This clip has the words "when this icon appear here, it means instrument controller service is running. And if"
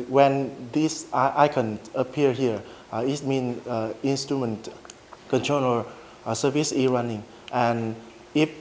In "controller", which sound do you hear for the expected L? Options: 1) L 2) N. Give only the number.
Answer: 2